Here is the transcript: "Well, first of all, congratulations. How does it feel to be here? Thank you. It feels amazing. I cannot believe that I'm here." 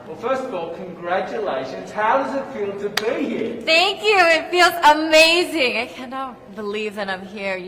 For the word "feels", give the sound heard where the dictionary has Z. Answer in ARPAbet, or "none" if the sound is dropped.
Z